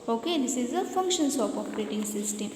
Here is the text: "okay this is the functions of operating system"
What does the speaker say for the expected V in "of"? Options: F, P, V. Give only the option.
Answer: P